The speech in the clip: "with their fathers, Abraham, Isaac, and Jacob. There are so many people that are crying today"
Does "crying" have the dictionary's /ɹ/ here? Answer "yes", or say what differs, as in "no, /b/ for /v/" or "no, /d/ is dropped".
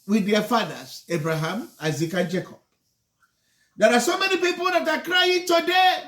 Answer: yes